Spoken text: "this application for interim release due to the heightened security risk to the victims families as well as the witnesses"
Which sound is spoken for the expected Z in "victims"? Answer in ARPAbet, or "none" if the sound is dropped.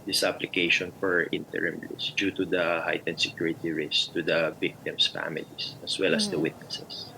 S